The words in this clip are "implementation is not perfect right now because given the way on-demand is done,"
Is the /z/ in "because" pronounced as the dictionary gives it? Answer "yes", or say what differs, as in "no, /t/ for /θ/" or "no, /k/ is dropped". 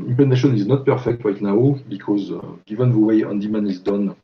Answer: yes